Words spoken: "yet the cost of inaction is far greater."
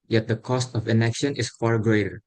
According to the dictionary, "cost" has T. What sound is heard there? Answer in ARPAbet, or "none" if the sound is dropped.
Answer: T